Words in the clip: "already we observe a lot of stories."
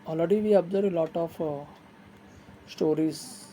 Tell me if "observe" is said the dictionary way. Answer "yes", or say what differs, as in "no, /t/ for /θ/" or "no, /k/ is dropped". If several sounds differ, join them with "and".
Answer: no, /v/ is dropped